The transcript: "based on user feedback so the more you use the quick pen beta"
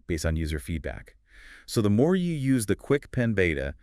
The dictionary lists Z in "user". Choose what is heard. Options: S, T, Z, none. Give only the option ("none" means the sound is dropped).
Z